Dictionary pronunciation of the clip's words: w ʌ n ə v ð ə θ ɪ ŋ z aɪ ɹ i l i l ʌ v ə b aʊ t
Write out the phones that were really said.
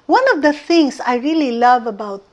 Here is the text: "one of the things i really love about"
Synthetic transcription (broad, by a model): w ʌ n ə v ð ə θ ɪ ŋ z aɪ ɹ i l i l ʌ v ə b aʊ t